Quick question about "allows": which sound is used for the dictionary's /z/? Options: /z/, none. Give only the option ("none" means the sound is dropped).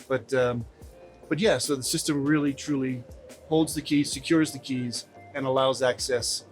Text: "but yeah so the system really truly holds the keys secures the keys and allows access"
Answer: /z/